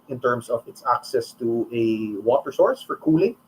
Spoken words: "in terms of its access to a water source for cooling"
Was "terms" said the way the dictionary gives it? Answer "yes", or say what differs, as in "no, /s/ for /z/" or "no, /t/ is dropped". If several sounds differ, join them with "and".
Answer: no, /s/ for /z/